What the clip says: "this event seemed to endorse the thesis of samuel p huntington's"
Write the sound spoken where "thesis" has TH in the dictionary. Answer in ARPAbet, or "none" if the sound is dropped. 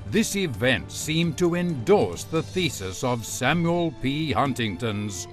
TH